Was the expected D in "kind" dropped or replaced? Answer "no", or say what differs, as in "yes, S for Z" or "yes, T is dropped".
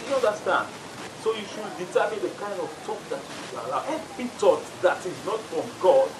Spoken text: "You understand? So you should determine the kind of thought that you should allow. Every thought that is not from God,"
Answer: no